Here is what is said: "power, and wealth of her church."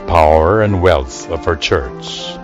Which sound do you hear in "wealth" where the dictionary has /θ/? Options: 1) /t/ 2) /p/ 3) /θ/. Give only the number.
3